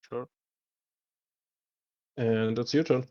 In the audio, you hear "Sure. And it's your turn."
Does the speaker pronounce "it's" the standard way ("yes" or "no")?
yes